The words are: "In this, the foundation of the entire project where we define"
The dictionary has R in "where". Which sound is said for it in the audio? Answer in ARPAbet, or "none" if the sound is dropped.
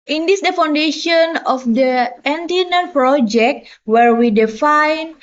R